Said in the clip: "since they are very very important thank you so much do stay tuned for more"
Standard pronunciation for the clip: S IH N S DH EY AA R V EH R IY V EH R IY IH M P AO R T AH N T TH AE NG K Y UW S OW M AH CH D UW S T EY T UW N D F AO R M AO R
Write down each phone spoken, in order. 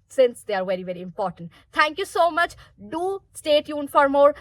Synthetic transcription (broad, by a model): S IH N S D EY AA R V EH R IY V EH R IY IH M P AO R T AH N T T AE NG K Y UW S OW M AH CH D UW S T EY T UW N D F AO R M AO R